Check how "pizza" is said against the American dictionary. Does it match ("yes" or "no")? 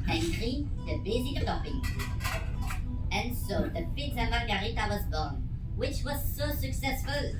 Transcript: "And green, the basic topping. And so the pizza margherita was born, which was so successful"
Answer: no